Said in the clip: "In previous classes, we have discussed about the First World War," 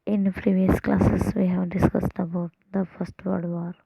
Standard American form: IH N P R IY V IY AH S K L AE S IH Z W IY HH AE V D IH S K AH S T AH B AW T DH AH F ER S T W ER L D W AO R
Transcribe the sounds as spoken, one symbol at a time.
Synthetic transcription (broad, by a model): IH N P R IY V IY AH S K L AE S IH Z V IY HH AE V D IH S K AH S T AH B AW T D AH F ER S T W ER D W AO R